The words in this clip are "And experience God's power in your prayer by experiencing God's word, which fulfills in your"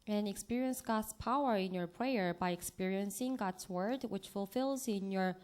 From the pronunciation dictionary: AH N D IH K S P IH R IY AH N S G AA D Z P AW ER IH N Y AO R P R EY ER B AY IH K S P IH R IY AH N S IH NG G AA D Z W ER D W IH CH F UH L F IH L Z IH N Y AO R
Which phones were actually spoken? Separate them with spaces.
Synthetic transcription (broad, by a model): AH N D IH K S P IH R IY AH N S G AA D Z P AW ER IH N Y AO R P R EY ER B AY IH K S P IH R IY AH N S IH NG G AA D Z W ER D W IH CH F UH L F IH L Z IH N Y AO R